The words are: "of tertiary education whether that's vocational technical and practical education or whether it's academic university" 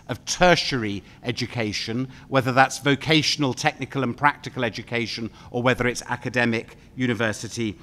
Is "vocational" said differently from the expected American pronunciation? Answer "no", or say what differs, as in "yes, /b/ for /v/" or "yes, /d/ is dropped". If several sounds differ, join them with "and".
no